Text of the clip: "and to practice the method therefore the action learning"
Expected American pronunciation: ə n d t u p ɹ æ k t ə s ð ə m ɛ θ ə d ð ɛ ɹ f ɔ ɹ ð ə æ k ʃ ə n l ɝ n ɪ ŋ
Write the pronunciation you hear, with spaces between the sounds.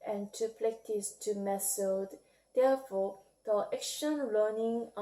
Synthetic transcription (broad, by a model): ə n t u p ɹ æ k t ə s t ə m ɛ s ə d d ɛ f ɔ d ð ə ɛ k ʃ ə n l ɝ n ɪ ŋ